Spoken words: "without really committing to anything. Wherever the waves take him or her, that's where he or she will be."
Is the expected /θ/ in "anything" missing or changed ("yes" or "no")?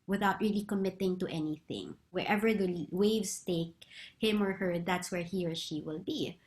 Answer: no